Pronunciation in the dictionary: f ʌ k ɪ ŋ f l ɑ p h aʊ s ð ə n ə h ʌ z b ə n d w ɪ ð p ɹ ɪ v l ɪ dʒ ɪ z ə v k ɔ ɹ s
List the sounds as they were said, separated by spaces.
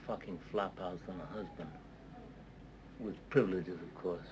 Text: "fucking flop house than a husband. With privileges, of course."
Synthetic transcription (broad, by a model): f ʌ k ɪ ŋ f l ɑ p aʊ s ð ə n ə h ʌ z b ə n d w ɪ ð p ɹ ɪ v l ɪ dʒ ɪ z ə v k ɔ ɹ s